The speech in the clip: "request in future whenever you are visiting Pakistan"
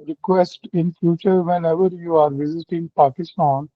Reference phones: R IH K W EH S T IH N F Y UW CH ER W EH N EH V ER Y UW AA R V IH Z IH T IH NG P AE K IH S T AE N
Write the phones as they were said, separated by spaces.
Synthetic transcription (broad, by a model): R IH K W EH S T IH N F Y UW CH ER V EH N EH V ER Y UW AA R V IH Z IH T IH NG P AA K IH S T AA N